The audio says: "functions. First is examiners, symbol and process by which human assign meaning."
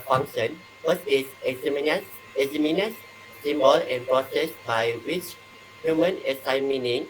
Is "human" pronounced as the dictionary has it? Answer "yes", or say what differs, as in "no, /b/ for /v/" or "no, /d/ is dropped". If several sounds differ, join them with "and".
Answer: yes